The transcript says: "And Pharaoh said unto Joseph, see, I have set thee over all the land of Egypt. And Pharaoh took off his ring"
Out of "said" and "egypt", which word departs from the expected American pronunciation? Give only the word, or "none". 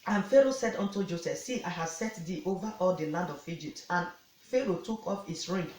none